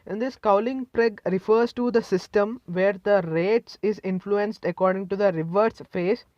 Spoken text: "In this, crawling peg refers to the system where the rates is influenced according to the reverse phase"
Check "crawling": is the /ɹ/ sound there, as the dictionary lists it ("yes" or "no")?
no